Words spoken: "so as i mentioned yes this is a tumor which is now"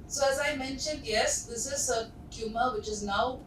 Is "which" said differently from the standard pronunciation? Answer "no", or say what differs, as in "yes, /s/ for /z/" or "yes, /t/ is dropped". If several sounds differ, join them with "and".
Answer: no